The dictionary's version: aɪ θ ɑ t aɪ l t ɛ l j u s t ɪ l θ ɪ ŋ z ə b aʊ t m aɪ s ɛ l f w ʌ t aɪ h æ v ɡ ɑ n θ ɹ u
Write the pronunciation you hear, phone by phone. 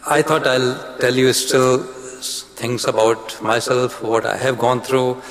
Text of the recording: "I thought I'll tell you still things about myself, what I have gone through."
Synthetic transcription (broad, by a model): aɪ t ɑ t aɪ l t ɛ l j u s t ɪ l t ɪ ŋ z ə b aʊ t m aɪ s ɛ l f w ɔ t aɪ h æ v ɡ ɑ n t ɹ u